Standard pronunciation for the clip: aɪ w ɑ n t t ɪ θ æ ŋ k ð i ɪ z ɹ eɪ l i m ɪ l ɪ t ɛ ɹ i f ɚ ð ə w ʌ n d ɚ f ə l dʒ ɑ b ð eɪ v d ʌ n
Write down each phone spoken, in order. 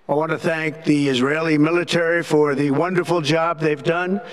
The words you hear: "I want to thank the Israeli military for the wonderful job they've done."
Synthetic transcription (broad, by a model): aɪ w ɑ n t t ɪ θ æ ŋ k ð i ɪ z ɹ eɪ l i m ɪ l ɪ t ɛ ɹ i f ɚ ð ə w ʌ n d ɚ f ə l dʒ ɑ b ð eɪ v d ʌ n